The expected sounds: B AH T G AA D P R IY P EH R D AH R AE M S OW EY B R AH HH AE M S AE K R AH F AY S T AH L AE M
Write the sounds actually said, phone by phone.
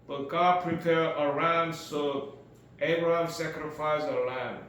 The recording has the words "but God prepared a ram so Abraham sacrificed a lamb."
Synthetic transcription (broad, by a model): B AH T G AA D P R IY P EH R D AH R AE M S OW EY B R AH HH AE M S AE K R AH F AY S AH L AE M